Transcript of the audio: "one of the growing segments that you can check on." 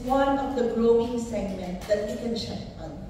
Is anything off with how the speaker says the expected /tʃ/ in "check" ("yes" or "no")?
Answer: yes